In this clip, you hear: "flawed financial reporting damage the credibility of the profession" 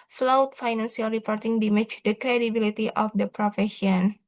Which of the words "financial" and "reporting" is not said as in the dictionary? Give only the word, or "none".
financial